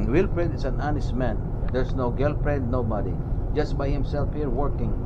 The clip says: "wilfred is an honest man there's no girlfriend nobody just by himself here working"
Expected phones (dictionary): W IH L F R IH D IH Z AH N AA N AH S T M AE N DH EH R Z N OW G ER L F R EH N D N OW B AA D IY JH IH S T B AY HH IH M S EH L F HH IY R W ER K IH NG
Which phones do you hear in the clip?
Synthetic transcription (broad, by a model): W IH L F R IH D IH S AH N AA N AH S T M AE N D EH R S N OW G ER L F R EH D N OW B AA D IY JH IH S T B AY HH IH M S EH L F HH IY R W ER K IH NG